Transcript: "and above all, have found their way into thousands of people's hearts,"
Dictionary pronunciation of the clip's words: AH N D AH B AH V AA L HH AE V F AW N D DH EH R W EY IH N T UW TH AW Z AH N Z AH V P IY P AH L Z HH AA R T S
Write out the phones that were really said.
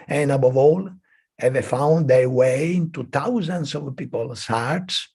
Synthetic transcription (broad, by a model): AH N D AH B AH V AA L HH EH V F AW N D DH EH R W EY IH N T UW T AW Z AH N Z AH V P IY P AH L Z HH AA R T S